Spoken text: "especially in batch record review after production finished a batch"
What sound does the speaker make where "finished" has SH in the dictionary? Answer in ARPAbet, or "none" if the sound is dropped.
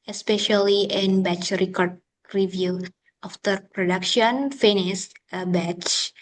S